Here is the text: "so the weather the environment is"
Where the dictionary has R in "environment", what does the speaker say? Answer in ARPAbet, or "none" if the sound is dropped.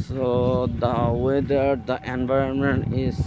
R